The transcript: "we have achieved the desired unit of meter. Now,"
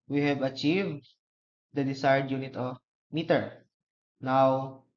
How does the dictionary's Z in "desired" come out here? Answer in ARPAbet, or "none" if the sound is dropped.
S